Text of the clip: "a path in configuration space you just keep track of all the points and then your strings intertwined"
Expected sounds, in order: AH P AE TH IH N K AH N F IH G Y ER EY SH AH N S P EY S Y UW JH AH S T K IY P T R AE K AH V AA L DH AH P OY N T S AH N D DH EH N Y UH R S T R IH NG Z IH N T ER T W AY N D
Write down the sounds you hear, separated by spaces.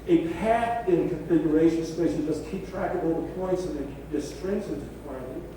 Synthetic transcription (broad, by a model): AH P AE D IH N K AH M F IH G Y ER EY SH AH N S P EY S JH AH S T K IY P T R AE K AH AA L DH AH P OY N T S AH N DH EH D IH S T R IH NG S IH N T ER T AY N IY